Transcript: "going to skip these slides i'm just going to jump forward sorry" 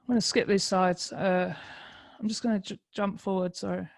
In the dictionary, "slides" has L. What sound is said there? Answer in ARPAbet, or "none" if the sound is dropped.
none